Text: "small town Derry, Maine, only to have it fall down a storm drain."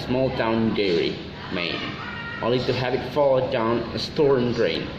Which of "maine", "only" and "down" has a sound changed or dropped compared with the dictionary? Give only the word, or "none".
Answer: only